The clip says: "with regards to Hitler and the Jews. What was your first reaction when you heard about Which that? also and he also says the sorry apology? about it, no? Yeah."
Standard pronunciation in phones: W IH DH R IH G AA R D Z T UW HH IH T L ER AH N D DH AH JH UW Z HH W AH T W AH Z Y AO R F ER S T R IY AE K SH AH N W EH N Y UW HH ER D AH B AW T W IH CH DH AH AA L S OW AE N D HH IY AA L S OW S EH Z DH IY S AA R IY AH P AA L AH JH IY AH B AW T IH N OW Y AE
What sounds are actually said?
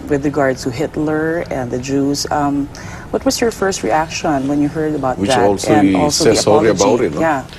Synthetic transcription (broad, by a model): W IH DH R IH G AA R D S T UW HH IH T L ER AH N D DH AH JH UW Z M W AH T W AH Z Y AO R F ER S T R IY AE K SH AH N W EH N Y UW HH ER D AH B AW T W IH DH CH AA L S OW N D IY AA L S OW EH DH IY S AA R IY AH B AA AH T IH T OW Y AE